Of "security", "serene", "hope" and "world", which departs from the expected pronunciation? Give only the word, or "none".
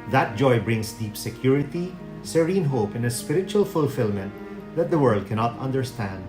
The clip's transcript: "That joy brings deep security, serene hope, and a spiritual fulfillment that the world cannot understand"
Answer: none